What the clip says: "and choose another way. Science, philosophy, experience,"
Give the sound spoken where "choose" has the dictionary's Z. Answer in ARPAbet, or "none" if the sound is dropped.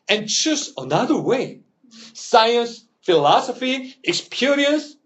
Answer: S